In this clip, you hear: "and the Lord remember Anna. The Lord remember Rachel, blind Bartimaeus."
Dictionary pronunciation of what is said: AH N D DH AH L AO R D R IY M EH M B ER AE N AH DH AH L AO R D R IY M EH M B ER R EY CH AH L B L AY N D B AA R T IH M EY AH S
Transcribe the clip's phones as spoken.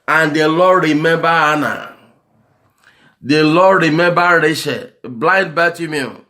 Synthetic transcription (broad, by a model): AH N D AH L AO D R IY M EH M B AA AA N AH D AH L AO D R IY M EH M B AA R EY SH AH B L AY N D B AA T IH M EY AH